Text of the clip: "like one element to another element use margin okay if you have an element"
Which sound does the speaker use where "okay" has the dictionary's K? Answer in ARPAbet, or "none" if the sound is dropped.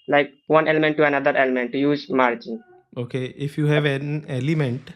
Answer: K